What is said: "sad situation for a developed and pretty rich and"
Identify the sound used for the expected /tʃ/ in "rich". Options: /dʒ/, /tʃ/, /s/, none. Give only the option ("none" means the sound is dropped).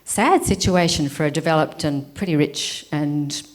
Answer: /tʃ/